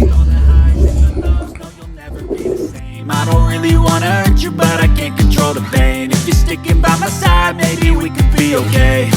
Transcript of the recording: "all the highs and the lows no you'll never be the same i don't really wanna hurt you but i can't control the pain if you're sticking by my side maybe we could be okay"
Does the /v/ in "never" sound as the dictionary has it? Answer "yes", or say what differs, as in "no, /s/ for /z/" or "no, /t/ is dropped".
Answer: yes